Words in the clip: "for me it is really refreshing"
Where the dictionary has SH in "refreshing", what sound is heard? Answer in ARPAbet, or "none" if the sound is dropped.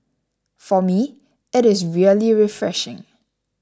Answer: SH